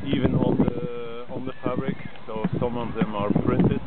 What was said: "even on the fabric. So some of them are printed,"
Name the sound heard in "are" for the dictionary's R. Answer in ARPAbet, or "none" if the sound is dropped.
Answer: R